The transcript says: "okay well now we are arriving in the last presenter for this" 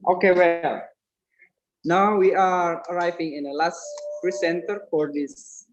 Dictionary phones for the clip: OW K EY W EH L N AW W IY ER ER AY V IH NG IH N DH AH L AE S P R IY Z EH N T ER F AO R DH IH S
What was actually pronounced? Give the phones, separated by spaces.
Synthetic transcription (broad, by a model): OW K EY W EH L N AW W IY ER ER AY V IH NG IH N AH L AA S F R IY S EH N T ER F AO R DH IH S